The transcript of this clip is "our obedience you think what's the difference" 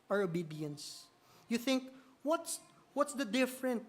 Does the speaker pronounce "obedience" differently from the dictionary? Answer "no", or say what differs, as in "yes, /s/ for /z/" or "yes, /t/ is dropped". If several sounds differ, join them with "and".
no